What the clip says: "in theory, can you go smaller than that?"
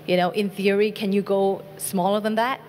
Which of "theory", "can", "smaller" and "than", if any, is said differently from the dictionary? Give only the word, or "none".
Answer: none